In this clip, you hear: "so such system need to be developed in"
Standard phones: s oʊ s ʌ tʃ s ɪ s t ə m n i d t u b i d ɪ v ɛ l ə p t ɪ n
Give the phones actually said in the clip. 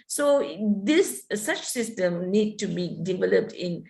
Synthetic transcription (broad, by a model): s oʊ s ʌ tʃ s ɪ s t ə m n i d t u b i d ɪ v ɛ l ə p t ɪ n